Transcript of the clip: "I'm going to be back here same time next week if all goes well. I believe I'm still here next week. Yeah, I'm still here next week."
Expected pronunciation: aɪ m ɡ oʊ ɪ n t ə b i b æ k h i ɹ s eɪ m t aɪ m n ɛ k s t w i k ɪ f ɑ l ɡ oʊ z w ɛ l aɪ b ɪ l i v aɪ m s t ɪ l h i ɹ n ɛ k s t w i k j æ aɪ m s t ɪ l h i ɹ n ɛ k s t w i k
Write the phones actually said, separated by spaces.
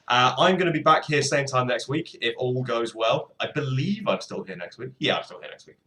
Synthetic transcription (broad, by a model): aɪ m ɡ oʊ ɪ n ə b i b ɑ k h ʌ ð s eɪ m t aɪ m n ɛ k s t w i k ɪ f ɑ l ɡ oʊ z w ɛ l aɪ b ɪ l i v aɪ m s t ɪ l h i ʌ n ɛ k s t w i k j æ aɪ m s t ɪ l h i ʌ n ɛ k s t w i k